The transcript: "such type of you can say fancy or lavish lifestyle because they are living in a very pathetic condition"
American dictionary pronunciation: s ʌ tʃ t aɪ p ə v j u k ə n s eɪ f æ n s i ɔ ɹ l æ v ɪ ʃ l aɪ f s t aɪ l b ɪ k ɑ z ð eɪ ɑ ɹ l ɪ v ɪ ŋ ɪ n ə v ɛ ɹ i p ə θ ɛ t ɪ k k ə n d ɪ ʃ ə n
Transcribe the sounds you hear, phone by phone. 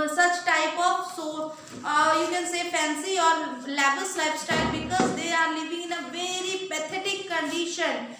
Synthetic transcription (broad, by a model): s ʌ tʃ t aɪ p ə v j u k ə n s eɪ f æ n s i ɔ ɹ l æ b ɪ s l aɪ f s t aɪ l b ɪ k ɑ z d eɪ ɑ ɹ l ɪ v ɪ ŋ ɪ n ə v ɛ ɹ i p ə t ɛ t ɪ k k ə n d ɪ ʃ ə n